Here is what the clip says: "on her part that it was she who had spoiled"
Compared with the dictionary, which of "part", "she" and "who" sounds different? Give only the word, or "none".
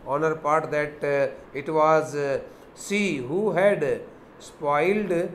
she